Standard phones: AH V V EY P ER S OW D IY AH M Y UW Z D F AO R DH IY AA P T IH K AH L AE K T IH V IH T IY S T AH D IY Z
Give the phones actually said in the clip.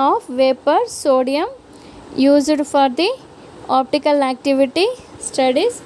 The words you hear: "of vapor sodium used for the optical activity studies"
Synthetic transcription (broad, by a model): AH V V EY P ER S OW D IY AH M Y UW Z D F AO R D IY AA P T IH K AH L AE K T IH V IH T IY S T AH D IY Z